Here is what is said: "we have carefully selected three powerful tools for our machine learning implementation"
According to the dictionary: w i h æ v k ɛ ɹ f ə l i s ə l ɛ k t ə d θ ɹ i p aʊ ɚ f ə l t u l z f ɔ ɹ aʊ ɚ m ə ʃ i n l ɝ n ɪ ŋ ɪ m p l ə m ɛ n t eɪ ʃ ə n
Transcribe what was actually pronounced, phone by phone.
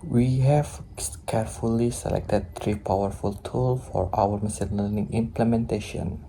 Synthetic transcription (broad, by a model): w i h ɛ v k ɛ ɹ f ə l i s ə l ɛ k t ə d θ ɹ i p aʊ ɚ f ə l t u l f ɔ ɹ aʊ ɚ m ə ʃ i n l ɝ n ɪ ŋ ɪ m p l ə m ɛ n t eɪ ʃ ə n